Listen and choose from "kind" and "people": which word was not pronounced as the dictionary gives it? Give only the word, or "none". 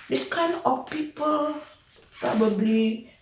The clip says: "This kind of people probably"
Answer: kind